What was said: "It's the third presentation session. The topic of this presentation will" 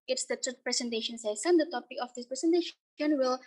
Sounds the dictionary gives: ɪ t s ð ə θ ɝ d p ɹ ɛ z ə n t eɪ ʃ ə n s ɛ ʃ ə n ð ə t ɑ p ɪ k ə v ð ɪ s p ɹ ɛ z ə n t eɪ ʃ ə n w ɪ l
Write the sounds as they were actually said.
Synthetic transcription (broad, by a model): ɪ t s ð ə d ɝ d p ɹ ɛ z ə n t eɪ ʃ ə n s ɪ s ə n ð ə t ɑ p ɪ k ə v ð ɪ s p ɹ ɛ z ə n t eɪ ʃ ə n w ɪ l